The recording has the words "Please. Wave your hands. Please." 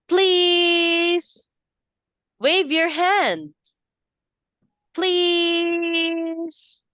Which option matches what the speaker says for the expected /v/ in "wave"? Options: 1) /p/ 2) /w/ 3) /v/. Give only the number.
3